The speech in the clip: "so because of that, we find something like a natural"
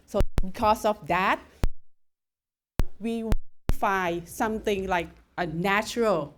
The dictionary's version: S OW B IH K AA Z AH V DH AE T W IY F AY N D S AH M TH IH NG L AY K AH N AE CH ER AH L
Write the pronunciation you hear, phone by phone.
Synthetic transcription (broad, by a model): S OW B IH K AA S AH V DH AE T W IY F AY S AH M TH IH NG L AY K AH N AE CH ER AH L